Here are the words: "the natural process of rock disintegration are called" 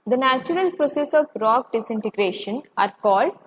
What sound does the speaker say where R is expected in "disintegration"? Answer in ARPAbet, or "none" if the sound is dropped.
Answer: R